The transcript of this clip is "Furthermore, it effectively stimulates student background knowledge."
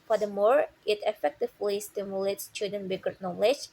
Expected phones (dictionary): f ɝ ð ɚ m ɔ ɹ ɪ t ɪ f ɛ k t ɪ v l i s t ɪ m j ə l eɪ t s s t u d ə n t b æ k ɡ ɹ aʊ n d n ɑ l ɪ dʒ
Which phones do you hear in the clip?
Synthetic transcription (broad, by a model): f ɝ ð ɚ m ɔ ɹ ɪ t ɪ f ɛ k t ɪ v l i s t ɪ m j ə l eɪ t s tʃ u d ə n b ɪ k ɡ ʌ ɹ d n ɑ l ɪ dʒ